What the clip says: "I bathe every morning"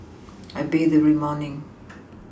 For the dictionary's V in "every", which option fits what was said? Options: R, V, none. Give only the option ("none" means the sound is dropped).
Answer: none